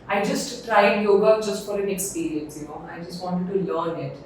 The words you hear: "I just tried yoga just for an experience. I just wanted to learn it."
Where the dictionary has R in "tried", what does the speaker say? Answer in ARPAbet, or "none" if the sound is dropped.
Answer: R